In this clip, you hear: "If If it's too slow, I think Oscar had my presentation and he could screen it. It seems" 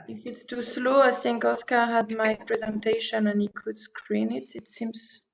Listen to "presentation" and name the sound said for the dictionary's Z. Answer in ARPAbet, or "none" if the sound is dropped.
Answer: Z